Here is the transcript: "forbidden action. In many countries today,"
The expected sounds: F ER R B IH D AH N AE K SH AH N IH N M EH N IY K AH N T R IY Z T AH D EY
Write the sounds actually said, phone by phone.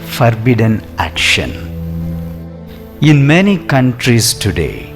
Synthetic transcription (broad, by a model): F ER R B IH D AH N AE K SH AH N IH N M EH N IY K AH N T R IY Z T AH D EY